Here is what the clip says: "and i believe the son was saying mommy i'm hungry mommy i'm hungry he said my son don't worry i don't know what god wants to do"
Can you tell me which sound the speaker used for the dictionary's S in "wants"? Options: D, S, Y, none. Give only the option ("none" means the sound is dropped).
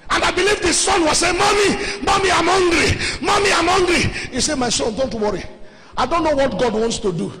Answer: S